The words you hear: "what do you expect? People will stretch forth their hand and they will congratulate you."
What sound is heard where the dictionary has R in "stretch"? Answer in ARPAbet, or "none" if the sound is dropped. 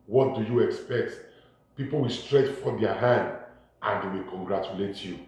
R